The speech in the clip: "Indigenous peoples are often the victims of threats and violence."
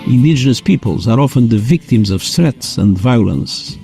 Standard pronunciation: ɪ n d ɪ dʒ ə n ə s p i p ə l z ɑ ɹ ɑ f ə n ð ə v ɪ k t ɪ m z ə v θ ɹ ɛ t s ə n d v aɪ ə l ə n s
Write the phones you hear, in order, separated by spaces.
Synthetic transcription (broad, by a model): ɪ n d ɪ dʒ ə n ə s p i p ə l z ɑ ɹ ɑ f ə n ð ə v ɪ k t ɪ m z ə v s ɹ ɛ t s ə n d v aɪ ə l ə n s